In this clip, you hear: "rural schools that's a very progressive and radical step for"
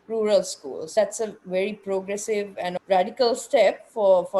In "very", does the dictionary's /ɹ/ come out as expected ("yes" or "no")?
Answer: yes